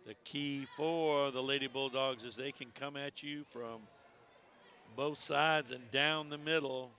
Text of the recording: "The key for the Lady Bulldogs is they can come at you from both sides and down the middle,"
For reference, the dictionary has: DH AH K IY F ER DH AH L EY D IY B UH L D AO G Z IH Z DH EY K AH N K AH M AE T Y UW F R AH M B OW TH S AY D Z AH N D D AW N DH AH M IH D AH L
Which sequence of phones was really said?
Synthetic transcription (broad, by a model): DH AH K IY F ER DH AH L EY D IY B UH L D AO G Z IH Z DH EY K AH N K AH M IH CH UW F R AH M B OW TH S AY D Z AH N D D AW N DH AH M IH D L